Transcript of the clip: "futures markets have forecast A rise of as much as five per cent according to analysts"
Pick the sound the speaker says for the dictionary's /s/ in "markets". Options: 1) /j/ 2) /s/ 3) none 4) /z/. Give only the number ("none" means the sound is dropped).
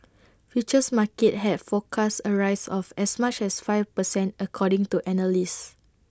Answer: 3